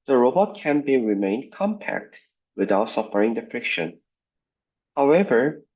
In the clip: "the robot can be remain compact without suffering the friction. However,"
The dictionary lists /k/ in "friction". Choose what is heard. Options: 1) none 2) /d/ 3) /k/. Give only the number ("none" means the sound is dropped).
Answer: 3